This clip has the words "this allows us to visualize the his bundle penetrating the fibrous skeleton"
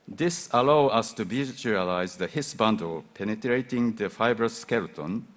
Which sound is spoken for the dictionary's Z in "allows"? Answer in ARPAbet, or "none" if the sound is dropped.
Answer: none